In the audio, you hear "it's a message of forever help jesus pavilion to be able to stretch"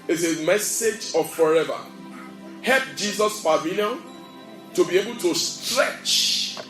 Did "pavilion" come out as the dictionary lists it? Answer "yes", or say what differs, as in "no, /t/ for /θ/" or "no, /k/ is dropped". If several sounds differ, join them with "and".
no, /f/ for /p/